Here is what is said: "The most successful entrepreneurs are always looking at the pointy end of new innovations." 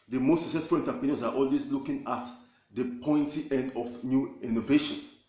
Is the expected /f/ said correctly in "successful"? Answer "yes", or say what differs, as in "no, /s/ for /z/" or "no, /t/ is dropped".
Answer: yes